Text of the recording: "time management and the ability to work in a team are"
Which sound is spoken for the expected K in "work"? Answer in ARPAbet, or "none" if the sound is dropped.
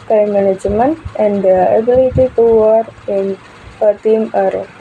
none